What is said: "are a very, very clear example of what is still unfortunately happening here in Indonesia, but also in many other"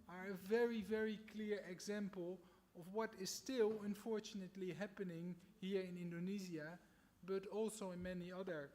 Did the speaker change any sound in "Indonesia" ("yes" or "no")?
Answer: yes